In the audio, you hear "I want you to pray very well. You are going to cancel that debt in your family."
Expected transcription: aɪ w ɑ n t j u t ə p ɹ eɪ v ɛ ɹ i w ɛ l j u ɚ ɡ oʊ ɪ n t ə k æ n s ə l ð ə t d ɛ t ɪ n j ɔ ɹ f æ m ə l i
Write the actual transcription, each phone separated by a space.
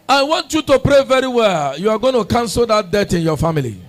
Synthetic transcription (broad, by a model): aɪ w ɑ n t j u t ə p ɹ eɪ v ɛ ɹ i w ɛ l j u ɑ ɡ oʊ ɪ n t ə k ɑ n s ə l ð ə t d ɛ t ɪ n j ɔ f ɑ m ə l i